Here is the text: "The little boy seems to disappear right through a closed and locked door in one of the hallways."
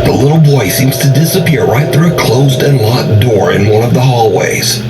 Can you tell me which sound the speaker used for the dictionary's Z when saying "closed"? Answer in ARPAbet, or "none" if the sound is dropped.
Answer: Z